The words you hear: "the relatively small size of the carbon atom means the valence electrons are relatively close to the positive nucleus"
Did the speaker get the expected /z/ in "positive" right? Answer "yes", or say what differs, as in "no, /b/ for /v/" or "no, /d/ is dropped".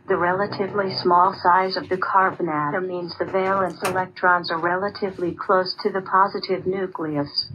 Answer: yes